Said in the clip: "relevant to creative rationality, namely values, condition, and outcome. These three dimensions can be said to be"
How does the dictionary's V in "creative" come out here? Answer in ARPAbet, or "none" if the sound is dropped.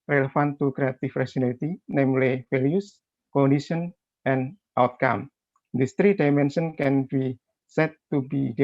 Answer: F